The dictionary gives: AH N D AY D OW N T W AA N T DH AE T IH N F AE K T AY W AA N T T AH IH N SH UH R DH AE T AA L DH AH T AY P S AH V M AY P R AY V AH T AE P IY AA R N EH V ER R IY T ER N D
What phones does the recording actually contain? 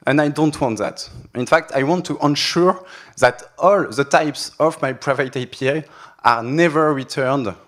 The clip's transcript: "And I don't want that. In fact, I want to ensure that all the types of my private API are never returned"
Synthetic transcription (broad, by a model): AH N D AY D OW N T W AA N T DH AE T IH N F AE K T AY W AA N T T AH N SH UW R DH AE T AA L DH AH T AY P S AH V M AY P R AY V AH T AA P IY AA R N EH V ER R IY T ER N D